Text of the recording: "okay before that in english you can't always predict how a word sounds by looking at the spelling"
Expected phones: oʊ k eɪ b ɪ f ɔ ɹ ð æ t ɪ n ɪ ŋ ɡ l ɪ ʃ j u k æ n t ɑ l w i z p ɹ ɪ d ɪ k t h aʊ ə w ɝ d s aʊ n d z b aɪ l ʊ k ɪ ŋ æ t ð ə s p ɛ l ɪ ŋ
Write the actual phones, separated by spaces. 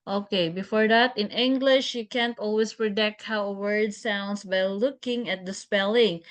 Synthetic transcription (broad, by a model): oʊ k eɪ b ɪ f ɔ ɹ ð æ t ɪ n ɪ ŋ ɡ l ɪ ʃ j u k æ n t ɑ l w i s p ɹ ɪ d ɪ k t h aʊ ə w ɝ d s aʊ n d s b aɪ l ʊ k ɪ ŋ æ t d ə s p ɛ l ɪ ŋ